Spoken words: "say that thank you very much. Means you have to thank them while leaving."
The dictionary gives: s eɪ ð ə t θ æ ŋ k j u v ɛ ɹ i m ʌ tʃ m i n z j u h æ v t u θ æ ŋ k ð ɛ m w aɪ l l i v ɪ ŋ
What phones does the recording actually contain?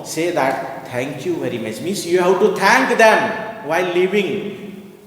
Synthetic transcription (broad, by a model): s eɪ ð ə t t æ ŋ k j u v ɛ ɹ i m ʌ tʃ m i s j u h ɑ w t u t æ ŋ k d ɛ m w aɪ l l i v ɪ ŋ